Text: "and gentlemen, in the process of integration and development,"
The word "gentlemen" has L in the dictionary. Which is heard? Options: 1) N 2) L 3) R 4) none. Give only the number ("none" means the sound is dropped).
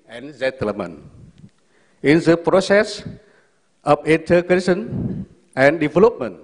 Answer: 4